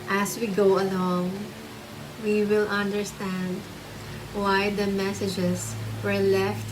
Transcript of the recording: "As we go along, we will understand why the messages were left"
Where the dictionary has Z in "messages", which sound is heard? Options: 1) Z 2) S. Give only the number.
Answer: 2